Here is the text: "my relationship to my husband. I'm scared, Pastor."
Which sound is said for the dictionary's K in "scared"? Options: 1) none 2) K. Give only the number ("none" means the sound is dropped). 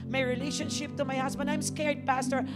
2